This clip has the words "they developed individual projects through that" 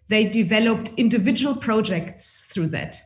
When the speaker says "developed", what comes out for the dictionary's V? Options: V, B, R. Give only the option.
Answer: V